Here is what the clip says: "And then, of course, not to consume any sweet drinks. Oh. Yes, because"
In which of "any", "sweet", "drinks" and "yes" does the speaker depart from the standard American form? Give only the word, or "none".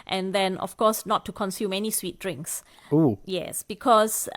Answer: none